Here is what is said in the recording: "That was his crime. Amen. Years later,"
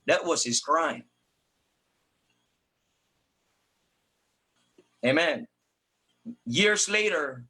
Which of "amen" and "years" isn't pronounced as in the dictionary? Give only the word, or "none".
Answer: none